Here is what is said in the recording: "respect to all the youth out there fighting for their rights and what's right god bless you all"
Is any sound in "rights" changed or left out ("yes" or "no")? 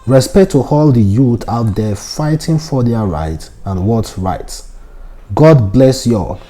yes